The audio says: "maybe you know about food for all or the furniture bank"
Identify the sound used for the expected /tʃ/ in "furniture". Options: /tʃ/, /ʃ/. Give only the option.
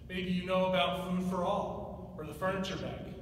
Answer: /tʃ/